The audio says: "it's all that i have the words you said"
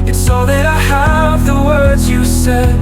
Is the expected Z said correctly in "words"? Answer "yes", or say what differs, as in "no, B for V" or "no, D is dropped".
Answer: yes